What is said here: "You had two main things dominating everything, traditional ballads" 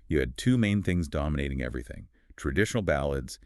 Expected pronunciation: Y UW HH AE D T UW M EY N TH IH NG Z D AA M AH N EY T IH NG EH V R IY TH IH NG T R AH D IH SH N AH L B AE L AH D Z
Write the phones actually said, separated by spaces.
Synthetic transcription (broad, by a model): Y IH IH D T UW M EY N TH IH NG Z D AA M AH N EY T IH NG EH V R IY TH IH NG T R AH D IH SH N L B AE L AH D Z